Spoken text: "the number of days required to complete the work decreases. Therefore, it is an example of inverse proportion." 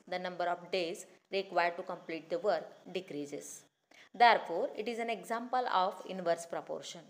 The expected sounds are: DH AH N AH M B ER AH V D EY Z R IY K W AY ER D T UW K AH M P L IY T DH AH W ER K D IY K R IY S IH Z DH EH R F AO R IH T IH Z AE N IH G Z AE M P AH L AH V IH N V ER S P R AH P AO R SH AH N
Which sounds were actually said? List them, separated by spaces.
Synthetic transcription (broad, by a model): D AH N AH M B ER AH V D EY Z R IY K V AY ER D T UW K AH M P L IY T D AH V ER K D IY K R IY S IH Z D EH R F AO R IH T IH Z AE N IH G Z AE M P AH L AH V IH N V ER S P R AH P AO R SH AH N